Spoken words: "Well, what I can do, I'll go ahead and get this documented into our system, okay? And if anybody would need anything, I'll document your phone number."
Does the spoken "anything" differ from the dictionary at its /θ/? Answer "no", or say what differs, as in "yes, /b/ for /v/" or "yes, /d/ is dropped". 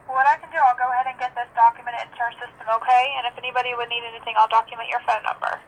no